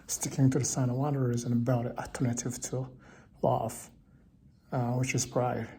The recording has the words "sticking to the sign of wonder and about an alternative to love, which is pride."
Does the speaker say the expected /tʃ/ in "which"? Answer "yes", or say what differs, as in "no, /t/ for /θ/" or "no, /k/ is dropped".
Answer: yes